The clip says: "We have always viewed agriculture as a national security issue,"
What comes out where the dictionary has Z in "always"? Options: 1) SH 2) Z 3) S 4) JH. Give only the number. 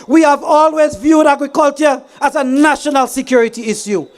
2